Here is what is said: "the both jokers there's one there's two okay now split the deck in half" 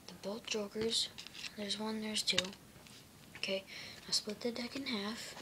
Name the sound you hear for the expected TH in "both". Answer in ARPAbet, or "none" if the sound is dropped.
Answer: T